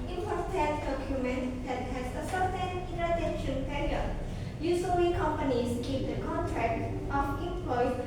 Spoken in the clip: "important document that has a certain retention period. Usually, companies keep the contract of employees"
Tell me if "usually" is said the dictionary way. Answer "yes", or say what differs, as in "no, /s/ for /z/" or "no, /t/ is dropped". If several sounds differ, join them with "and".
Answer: no, /s/ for /ʒ/